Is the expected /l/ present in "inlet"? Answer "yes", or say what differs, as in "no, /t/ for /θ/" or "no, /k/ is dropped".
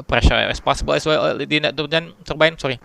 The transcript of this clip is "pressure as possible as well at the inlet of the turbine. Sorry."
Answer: no, /l/ is dropped